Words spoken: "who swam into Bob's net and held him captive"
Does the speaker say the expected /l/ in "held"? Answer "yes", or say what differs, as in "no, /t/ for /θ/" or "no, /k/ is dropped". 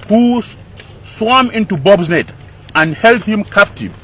yes